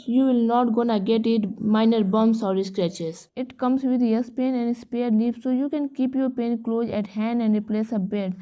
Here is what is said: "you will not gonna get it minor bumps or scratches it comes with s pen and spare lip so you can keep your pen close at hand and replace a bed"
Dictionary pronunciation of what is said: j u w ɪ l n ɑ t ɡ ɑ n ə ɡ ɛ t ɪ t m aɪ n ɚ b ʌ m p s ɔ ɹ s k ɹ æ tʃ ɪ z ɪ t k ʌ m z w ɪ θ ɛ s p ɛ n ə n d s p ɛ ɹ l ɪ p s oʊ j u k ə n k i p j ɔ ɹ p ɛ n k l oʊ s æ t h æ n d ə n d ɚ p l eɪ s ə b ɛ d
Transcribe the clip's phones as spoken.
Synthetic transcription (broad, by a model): j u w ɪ l n ɑ t ɡ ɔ n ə ɡ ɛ t ɪ t m aɪ n ɚ b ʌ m s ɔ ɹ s k ɹ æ tʃ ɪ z ɪ t k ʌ m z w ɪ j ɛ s p ɛ n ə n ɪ s p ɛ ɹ n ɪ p s oʊ j u k ə n k i p j ɔ ɹ p ɛ n k l oʊ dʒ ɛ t h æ n d ə n d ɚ p l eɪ s ə b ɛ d